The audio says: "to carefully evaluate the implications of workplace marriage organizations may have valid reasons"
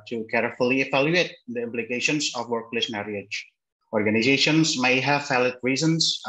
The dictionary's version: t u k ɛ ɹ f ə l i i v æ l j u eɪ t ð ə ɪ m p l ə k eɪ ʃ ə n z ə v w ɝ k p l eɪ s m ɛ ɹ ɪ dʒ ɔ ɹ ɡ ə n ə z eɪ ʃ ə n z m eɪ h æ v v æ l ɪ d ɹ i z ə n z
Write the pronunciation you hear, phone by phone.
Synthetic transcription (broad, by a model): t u k ɛ ɹ f ə l i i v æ l j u eɪ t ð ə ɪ m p l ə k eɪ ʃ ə n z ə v w ɝ k p l eɪ s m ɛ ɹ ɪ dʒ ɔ ɹ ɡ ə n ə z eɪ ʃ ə n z m eɪ h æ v f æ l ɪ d ɹ i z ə n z